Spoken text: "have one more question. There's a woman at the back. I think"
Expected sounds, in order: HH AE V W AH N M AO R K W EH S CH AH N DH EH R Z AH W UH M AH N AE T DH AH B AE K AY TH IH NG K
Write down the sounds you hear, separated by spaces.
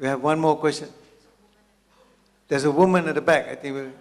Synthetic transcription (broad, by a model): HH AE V W AH N M AO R K W EH S CH AH N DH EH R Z AH W UH M AH N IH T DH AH B AE K AY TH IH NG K